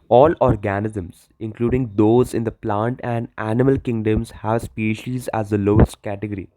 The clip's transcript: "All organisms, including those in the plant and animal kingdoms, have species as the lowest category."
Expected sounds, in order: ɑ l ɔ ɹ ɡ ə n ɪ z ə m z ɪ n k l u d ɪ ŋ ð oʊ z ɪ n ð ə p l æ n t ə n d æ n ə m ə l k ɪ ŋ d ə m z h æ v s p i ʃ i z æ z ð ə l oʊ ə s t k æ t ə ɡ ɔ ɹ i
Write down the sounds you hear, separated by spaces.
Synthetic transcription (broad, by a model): ɑ l ɔ ɹ ɡ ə n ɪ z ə m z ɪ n k l u d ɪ ŋ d oʊ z ɪ n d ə p l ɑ n t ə n d æ n ə m ə l k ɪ ŋ d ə m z h æ v s p i ʃ i z æ z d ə l oʊ ə s t k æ t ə ɡ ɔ ɹ i